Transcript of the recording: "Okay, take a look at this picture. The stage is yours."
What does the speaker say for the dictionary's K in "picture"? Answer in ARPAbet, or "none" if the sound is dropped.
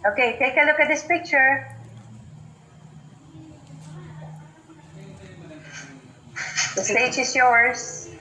K